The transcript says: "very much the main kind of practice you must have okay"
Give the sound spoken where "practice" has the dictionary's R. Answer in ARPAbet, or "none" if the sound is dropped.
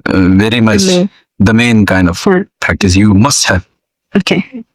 none